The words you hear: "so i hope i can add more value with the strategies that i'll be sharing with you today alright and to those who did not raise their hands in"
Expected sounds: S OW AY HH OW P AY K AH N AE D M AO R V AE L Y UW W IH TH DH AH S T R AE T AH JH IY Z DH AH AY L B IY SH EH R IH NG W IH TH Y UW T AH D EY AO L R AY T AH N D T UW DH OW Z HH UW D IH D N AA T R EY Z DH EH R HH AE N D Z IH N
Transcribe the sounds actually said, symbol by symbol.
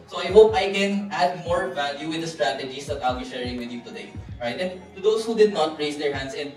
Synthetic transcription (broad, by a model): S OW AY HH OW P AY K AH N AE D M AO R V AE L Y UW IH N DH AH S T R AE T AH JH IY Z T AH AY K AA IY SH EH R IH NG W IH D Y UW T AH D EY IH R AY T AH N T UW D OW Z HH UW D IH D N AA T R EY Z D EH R HH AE N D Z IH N